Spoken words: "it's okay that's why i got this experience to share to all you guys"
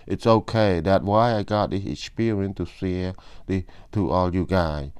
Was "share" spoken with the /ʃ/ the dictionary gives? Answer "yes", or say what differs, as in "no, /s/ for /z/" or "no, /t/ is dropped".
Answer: no, /s/ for /ʃ/